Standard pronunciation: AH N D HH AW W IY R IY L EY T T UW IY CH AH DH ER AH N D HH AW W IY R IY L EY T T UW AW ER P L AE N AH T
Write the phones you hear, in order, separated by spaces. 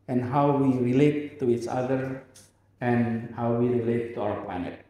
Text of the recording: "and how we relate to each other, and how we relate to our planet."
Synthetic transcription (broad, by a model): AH N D HH AW W IY R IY L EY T T UW IY CH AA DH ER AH N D HH AW W IY R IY L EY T T UW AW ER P L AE N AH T